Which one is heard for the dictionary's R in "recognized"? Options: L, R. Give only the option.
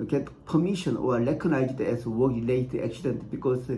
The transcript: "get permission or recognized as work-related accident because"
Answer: L